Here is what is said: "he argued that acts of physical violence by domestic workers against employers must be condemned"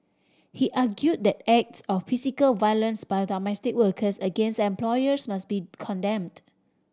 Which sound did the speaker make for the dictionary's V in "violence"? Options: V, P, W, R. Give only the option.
V